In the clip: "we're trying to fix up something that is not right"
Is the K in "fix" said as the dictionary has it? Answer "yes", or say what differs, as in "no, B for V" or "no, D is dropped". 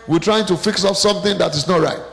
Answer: yes